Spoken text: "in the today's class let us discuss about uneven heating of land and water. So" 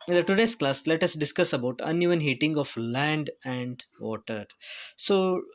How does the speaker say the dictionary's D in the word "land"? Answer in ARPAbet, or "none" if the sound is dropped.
D